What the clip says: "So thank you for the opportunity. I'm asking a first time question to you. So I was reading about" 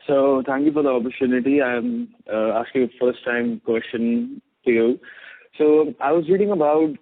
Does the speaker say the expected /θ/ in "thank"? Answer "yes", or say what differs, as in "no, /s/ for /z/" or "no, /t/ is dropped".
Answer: no, /t/ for /θ/